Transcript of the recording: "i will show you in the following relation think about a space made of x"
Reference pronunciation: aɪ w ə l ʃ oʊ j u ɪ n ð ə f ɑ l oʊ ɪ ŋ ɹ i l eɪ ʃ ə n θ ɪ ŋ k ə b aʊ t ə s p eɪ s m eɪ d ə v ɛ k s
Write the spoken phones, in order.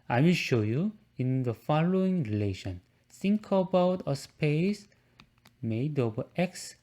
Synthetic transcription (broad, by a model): aɪ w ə ʃ oʊ j u ɪ n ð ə f ɑ l oʊ ɪ ŋ ɹ i l eɪ ʃ ə n s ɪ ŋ k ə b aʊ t ə s p eɪ s m eɪ d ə b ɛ k s